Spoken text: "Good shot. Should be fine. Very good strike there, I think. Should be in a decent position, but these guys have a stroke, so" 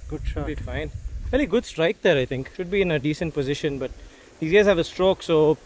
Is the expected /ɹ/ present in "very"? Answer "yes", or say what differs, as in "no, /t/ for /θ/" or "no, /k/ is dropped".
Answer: no, /l/ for /ɹ/